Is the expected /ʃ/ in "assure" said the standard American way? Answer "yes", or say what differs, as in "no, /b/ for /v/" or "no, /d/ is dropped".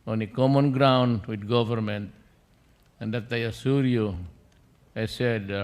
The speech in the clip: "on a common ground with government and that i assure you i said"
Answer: no, /s/ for /ʃ/